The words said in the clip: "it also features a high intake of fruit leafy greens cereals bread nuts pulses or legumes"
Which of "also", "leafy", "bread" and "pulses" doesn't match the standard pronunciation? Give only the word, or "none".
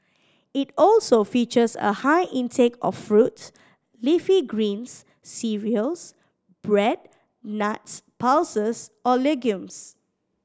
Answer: pulses